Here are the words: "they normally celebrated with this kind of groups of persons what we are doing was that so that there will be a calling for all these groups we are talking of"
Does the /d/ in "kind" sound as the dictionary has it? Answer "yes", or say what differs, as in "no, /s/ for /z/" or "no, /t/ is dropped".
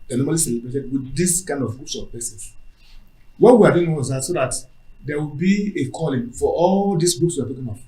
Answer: yes